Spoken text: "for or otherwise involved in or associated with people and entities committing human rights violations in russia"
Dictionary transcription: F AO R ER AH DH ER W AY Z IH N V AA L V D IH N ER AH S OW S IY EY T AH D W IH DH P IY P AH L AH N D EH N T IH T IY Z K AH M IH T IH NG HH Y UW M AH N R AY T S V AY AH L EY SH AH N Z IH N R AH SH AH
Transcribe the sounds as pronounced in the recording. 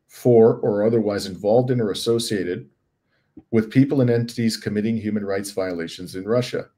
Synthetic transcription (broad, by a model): F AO R ER AH DH ER W AY Z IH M V AA L V D IH N ER AH S OW S IY EY T AH D W IH DH P IY P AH L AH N EH N T IH T IY Z K AH M IH T IH NG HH Y UW M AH N R AY T S V AY AH L EY SH AH N Z IH N R AH SH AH